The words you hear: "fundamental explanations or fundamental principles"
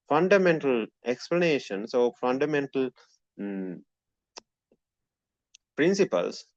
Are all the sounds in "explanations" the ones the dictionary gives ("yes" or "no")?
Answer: no